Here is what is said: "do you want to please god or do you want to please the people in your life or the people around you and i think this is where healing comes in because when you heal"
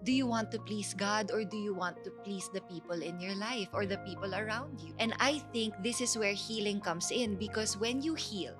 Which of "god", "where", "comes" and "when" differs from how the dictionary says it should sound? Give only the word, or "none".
comes